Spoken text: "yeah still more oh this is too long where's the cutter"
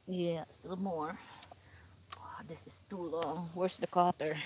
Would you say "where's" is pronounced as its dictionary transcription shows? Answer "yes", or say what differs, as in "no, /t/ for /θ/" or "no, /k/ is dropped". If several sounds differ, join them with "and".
no, /s/ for /z/